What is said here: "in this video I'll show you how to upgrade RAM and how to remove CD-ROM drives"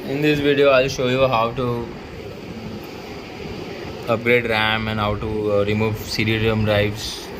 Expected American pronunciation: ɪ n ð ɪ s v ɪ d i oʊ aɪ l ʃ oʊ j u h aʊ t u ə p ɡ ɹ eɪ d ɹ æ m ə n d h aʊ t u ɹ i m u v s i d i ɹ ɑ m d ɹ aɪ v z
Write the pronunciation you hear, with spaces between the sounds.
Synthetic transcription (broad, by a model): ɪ n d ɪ s v ɪ d i oʊ aɪ l ʃ oʊ j u h aʊ t u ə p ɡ ɹ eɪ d ɹ æ m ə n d h aʊ t u ɹ i m u v s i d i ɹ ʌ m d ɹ aɪ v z